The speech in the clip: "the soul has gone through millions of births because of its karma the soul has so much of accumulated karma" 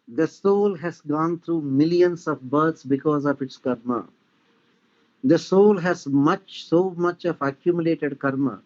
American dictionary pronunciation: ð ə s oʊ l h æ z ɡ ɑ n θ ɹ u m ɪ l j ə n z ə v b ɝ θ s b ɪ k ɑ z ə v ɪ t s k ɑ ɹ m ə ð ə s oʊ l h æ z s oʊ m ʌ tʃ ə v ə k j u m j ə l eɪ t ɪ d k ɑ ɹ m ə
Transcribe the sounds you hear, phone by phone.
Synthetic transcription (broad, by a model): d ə s oʊ l h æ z ɡ ɑ n t ɹ u m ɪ l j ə n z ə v b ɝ t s b ɪ k ɑ z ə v ɪ t s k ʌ ɹ m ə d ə s oʊ l h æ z s oʊ m ʌ tʃ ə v ə k j u m j ə l eɪ t ɪ d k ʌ ɹ m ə